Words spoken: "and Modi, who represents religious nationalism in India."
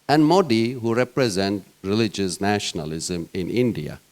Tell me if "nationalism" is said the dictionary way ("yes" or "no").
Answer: yes